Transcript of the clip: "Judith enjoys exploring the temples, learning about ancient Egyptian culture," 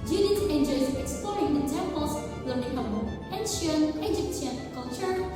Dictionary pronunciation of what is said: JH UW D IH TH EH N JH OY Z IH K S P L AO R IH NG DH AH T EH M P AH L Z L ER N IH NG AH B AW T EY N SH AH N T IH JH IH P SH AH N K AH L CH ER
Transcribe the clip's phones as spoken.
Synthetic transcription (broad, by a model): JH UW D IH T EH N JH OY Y IH K S P L AO R IH NG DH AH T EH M P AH L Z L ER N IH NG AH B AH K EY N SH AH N IH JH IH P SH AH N K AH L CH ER